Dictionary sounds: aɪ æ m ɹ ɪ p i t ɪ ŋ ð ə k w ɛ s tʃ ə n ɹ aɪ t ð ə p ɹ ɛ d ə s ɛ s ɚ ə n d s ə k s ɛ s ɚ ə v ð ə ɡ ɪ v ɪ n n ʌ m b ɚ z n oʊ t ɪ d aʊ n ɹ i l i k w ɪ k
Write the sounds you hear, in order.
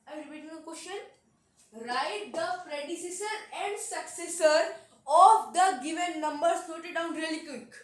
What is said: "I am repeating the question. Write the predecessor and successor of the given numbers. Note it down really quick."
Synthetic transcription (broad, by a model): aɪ ɹ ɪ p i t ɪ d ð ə k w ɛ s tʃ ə n ɹ aɪ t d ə f ɹ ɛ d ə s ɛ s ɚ ə n d s ə k s ɛ s ɚ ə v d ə ɡ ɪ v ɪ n n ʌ m b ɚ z n oʊ t ɪ d aʊ n ɹ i l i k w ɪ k